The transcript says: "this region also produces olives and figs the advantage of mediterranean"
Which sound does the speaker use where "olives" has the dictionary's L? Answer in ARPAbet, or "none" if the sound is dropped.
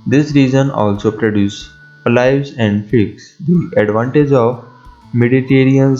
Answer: none